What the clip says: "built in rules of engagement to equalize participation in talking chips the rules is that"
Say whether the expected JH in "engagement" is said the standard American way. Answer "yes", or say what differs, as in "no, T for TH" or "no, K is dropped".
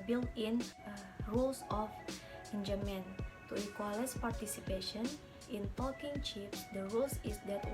no, JH is dropped